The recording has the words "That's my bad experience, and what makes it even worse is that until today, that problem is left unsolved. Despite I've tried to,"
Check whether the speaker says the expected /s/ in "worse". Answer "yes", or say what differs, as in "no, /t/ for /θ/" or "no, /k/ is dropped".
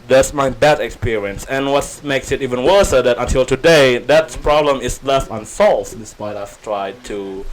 yes